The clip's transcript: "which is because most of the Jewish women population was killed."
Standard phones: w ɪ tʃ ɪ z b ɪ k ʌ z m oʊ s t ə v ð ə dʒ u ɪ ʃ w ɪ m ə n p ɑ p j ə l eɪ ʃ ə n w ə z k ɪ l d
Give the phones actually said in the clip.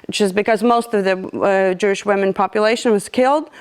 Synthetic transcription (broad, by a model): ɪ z b ɪ k ʌ z m oʊ s t ə v ð ə dʒ u ɪ ʃ w ɪ m ə n p ɑ p j ə l eɪ ʃ ə n w ə z k ɪ l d